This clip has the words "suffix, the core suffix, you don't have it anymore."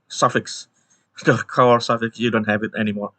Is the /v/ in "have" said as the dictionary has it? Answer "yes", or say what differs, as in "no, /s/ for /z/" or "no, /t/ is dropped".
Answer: yes